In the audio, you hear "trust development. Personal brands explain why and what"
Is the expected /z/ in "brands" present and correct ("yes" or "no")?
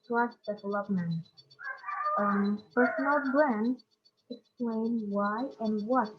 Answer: no